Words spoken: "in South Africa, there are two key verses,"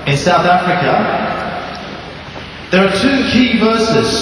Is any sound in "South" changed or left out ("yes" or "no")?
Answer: no